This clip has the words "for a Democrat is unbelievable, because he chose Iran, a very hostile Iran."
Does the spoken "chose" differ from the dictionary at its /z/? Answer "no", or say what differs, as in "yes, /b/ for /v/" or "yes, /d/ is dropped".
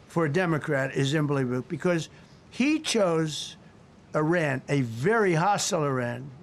no